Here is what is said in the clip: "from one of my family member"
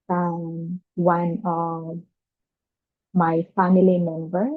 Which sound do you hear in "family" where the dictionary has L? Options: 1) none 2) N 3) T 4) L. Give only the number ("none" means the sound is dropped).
4